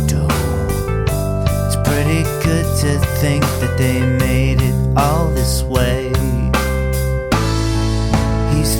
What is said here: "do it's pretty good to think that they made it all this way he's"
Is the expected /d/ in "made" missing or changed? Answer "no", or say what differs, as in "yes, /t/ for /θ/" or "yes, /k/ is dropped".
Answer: no